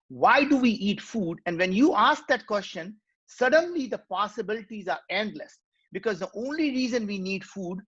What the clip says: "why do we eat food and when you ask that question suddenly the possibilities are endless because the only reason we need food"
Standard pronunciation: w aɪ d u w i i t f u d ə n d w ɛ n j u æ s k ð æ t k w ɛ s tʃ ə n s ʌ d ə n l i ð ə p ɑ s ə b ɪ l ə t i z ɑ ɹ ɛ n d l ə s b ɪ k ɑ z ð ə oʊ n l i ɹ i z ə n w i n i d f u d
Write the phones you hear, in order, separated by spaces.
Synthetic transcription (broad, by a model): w aɪ d u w i i t f u d ə n d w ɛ n j u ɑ s k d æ t k w ɛ s tʃ ə n s ʌ d ə n l i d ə p ɑ s ə b ɪ l ə t i z ɑ ɹ ɛ n d l ə s b ɪ k ɑ z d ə oʊ n l i ɹ i z ə n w i n i d f u d